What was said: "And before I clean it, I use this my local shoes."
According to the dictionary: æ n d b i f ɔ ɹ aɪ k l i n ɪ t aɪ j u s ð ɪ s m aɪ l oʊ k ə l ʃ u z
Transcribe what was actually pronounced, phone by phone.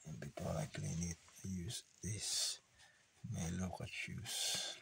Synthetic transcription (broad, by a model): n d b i p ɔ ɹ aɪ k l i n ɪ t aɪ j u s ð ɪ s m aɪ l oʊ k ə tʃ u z